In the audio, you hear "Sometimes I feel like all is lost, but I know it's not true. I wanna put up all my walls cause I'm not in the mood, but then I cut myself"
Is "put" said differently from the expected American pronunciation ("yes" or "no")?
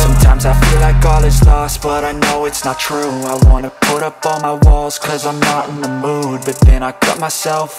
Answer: no